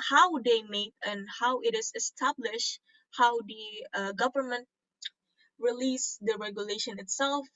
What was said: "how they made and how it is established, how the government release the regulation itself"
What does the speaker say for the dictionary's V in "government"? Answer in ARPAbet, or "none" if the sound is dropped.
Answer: V